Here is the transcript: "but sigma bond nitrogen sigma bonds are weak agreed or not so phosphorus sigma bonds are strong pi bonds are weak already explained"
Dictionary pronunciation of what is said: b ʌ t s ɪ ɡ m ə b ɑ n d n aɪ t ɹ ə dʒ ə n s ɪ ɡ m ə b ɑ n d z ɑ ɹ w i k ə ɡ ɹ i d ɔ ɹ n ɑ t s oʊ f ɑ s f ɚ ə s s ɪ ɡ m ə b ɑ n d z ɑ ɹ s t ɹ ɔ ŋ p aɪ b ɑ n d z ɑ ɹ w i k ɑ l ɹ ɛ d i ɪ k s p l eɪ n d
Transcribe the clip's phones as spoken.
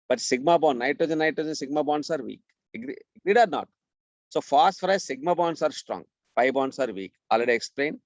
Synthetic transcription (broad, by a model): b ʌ t s ɪ ɡ m ə b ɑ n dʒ n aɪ t ə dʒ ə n s ɪ ɡ m ə b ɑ n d s ɑ ɹ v i k ə ɡ ɹ i d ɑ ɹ n ɑ t s oʊ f ɑ s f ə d s ɪ ɡ m ə b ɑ n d s ɑ ɹ s t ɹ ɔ ŋ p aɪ b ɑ n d s ɑ ɹ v i k ɑ l ɹ ɛ d i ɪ k s p l eɪ n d